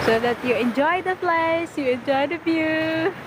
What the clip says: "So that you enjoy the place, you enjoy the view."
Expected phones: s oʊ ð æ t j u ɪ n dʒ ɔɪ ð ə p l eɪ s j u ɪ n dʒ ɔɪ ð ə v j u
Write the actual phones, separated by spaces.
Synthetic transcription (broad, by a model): s oʊ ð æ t j u ɪ n dʒ ɔɪ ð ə f l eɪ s j u ɪ n dʒ ɔɪ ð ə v j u